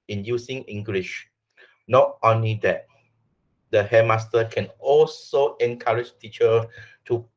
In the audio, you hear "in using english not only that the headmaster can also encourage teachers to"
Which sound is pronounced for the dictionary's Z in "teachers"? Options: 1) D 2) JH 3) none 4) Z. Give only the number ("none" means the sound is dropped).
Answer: 3